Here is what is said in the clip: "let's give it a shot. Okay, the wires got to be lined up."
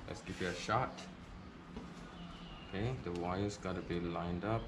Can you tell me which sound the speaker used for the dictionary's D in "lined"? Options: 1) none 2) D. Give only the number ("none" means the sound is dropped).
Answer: 2